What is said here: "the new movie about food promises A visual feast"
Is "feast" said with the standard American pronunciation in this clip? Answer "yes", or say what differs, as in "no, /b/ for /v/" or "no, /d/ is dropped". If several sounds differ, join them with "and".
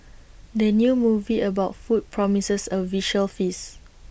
no, /t/ is dropped